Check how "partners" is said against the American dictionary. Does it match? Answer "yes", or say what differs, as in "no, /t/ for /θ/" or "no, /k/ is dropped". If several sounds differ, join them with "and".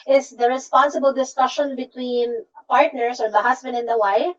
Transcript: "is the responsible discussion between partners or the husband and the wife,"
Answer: no, /s/ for /z/